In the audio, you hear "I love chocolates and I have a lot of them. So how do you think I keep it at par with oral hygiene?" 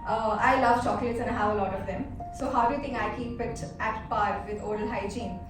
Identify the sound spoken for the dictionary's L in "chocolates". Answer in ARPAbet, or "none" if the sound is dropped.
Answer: none